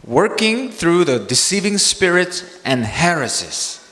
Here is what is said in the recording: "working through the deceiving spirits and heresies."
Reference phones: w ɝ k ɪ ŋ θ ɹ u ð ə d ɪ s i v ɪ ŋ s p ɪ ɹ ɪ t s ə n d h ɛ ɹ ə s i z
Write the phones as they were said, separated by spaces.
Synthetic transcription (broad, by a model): w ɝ k ɪ ŋ θ ɹ u ð ə d ɪ s i v ɪ ŋ s p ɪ ɹ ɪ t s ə n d h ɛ ɹ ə s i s